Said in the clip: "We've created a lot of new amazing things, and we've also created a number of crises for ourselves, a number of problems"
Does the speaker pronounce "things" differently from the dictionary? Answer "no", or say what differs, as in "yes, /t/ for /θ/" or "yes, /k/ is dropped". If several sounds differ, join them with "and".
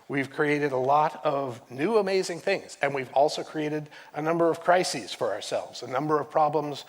no